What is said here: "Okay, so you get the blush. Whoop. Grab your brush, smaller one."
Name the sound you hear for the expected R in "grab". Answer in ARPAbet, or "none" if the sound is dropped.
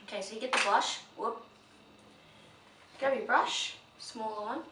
none